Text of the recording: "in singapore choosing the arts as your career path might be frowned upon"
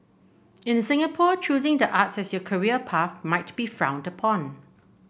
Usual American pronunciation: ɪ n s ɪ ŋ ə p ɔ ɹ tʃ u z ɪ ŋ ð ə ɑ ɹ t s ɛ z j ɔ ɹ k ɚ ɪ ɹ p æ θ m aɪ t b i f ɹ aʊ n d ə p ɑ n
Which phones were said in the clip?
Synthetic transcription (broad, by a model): ɪ n s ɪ ŋ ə p ɔ tʃ u z ɪ ŋ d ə ɑ t s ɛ s j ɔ k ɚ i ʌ p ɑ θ m aɪ t b i f ɹ aʊ n d ə p ɑ n